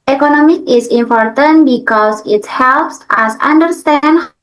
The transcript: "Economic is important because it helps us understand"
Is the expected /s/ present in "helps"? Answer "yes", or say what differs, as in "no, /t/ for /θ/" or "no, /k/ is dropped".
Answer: yes